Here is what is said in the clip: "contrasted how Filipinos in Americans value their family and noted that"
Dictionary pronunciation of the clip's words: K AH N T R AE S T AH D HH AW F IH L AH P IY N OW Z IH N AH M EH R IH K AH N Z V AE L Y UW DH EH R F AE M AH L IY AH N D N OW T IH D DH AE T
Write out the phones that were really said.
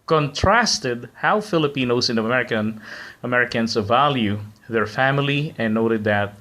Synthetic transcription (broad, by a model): K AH N T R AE S T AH D HH AW F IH L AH P IY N OW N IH N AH M EH R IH K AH N S V AE L Y UW DH EH R F AE M AH L IY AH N N OW T IH D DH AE T